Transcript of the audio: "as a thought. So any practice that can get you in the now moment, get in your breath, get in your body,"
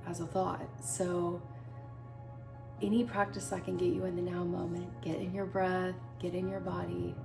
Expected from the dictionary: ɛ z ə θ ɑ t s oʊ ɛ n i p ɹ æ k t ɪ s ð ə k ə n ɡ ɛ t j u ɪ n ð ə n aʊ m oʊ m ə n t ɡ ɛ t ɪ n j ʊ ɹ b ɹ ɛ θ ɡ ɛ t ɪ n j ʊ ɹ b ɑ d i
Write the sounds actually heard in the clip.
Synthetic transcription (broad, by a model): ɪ z ə θ ɑ t s oʊ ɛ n i p ɹ æ k t ɪ s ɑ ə k ə n ɡ ɛ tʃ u ɪ n ð ə n aʊ m oʊ m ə n ɡ ɛ t ɪ n j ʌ ɹ b ɹ ɛ θ ɡ ɛ t ɪ n j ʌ ɹ b ɑ d i